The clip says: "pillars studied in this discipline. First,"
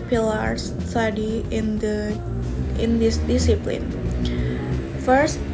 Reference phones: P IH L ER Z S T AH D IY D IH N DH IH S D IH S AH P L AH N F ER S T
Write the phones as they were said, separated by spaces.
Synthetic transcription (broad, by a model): P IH L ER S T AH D IY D IH N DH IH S D IH S AH P L AH N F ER S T